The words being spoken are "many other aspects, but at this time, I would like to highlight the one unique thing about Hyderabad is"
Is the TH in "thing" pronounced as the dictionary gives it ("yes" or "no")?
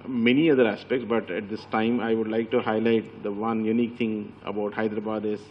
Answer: no